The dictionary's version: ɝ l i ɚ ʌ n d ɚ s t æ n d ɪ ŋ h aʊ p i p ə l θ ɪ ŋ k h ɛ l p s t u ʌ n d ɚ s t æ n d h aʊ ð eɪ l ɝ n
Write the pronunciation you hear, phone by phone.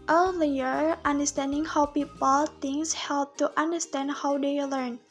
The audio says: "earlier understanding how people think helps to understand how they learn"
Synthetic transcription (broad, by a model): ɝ l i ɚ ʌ n d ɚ s t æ n d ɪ ŋ h aʊ p i p ə l t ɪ ŋ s h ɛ l p t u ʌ n d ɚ s t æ n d h aʊ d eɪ l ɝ n